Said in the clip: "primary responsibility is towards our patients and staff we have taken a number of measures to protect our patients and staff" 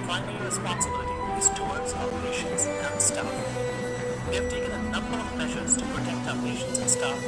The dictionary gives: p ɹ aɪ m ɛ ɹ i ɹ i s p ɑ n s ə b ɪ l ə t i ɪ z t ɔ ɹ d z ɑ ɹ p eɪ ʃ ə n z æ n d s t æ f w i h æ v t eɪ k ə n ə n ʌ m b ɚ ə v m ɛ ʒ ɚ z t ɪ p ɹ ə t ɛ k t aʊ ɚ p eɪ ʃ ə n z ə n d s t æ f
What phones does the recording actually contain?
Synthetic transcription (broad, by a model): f aɪ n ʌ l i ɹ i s p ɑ n s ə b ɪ l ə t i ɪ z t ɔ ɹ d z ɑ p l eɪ ʃ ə n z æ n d s t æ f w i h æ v t eɪ k ə n ə n ʌ m b ɚ ə v m ɛ ʒ ɚ z t ɪ p ɹ ə t ɛ k t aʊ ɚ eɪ ʃ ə n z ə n s t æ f